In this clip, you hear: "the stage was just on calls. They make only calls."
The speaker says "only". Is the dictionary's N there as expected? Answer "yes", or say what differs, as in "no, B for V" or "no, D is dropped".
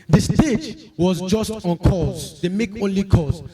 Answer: yes